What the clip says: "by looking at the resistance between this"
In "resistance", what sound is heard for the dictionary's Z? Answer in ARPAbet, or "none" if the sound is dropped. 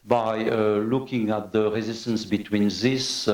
Z